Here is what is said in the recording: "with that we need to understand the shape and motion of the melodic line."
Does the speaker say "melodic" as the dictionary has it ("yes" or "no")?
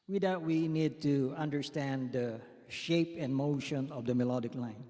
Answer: yes